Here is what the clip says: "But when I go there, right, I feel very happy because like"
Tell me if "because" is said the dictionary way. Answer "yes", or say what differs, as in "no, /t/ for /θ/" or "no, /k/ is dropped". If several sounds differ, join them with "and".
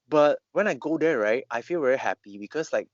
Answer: no, /s/ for /z/